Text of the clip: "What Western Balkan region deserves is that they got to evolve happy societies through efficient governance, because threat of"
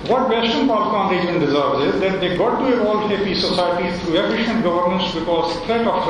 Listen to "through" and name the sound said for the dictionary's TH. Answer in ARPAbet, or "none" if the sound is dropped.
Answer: T